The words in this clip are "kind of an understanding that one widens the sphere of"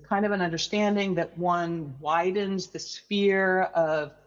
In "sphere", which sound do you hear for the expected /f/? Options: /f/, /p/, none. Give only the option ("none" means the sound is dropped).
/f/